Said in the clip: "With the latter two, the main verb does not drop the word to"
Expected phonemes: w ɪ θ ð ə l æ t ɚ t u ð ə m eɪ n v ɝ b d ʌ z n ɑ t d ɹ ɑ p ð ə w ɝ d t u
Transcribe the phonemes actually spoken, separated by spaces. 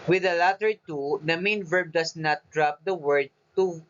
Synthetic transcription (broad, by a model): w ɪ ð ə l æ t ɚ t u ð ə m eɪ n v ɝ b d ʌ s n ɑ t d ɹ ɑ p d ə w ɝ d t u